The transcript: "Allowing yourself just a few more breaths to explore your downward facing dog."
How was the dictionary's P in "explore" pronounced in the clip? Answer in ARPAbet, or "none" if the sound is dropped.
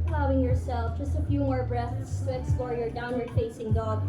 none